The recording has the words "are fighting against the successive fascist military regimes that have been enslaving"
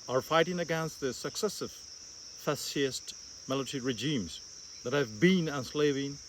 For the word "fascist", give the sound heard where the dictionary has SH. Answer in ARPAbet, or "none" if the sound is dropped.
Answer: S